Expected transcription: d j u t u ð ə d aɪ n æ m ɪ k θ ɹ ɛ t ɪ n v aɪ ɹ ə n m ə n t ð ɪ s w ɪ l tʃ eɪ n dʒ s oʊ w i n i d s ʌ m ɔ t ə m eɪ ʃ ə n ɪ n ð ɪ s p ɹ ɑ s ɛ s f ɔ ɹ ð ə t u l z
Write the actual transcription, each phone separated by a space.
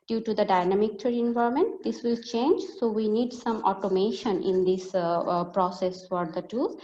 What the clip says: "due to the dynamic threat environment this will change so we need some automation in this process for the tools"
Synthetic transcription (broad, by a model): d j u t u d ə d aɪ n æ m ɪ k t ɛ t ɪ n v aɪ ə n m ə n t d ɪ s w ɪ l tʃ eɪ n dʒ s oʊ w i n i d s ʌ m ɔ t ə m eɪ ʃ ə n ɪ n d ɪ s p ɹ ɑ s ɛ s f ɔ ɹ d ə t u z